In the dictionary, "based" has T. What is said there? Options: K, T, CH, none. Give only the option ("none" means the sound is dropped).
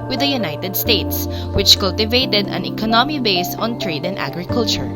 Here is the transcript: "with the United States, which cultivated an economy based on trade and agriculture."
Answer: none